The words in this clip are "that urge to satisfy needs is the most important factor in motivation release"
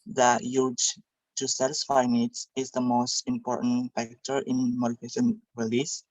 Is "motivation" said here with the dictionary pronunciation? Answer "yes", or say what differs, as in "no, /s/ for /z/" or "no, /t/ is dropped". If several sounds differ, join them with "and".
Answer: no, /f/ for /v/